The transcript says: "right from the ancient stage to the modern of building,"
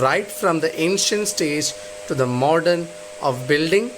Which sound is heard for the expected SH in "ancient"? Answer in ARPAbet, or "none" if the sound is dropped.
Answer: SH